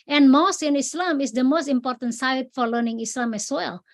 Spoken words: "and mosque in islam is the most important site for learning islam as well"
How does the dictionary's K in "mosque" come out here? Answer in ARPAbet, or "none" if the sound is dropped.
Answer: none